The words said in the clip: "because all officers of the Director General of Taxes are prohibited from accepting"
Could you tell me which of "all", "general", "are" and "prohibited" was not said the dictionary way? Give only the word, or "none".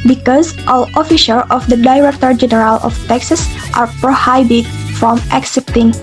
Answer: prohibited